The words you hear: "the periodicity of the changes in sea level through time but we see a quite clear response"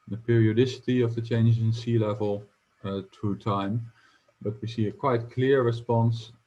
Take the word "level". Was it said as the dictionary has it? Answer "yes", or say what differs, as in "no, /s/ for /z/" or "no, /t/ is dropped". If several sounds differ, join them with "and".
yes